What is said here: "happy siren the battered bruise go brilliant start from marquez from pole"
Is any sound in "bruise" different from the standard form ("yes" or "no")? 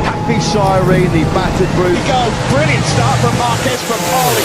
yes